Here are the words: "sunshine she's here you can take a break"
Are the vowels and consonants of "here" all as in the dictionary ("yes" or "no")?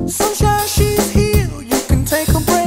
no